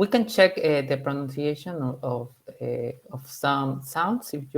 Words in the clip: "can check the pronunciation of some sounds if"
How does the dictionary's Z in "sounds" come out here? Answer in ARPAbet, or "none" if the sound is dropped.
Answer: S